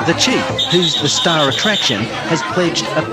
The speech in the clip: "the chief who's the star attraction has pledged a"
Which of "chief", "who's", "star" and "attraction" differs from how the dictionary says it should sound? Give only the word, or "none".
none